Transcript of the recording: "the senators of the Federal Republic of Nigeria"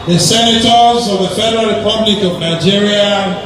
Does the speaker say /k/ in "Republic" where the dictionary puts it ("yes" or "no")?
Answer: yes